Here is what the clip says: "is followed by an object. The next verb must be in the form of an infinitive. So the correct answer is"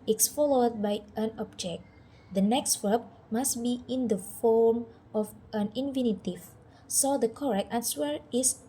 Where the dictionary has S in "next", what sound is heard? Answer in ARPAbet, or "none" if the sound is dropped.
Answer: S